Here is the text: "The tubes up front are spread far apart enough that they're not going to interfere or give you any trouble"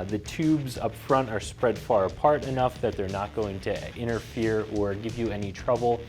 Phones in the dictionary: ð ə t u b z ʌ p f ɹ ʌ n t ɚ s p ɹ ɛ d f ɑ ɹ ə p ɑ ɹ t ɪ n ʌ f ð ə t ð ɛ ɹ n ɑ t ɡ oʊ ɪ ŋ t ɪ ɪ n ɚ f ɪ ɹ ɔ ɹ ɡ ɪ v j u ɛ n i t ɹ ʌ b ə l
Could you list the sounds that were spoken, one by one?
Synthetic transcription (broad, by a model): ð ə t u b z ʌ p f ɹ ʌ n t ɚ s p ɹ ɛ d f ɑ ɹ ə p ɑ ɹ t ɪ n ʌ f ð ə t ð ɛ ɹ n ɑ t ɡ oʊ ɪ ŋ t ɪ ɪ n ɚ f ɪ ɹ ɔ ɹ ɡ ɪ v j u ɛ n i t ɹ ʌ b l